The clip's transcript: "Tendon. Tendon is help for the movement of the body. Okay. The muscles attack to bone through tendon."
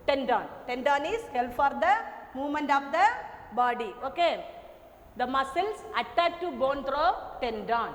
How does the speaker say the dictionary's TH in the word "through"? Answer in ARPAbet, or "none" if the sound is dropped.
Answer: T